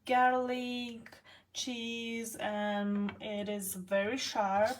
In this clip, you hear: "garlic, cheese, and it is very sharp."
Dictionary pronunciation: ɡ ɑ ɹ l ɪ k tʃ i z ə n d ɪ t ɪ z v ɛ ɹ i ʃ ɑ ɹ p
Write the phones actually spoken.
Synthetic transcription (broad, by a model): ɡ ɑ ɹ l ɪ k tʃ i z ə n ɪ t ɪ z v ɛ ɹ i ʃ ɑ ɹ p